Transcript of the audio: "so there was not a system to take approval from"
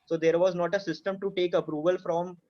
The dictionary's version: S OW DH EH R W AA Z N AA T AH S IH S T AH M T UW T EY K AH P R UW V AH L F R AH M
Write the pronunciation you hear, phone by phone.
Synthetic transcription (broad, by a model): S OW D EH R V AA Z N AA T AH S IH S T AH M T UW T EY K AH P R UW V AH L F R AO M